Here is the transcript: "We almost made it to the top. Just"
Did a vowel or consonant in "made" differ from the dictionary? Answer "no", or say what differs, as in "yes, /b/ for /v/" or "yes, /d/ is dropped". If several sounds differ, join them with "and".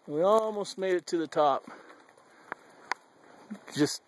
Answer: no